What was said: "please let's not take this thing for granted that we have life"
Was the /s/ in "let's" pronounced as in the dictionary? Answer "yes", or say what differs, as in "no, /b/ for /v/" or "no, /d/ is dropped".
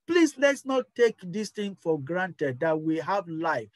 yes